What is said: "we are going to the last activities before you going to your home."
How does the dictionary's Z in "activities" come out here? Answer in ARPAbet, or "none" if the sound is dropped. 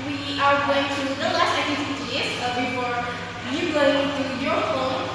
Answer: none